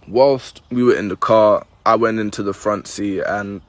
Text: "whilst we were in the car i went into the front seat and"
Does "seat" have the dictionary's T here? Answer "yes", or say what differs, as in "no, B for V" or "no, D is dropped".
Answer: no, T is dropped